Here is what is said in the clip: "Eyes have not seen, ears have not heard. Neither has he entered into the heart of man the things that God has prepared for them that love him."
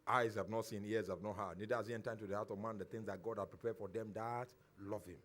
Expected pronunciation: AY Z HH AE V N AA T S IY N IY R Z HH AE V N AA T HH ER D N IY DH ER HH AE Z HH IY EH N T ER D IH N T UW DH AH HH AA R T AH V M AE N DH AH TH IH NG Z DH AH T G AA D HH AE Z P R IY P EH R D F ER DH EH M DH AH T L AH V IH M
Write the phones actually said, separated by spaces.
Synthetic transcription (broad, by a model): AY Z HH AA V N AA T S IY N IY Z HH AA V N AA T HH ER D N IY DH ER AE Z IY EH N T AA IH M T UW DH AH HH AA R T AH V M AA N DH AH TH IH NG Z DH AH T G AA D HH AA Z P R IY P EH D F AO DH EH M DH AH T L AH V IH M